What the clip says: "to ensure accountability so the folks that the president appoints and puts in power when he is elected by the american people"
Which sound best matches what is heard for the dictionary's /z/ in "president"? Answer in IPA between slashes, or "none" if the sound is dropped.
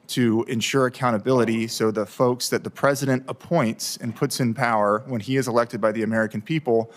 /z/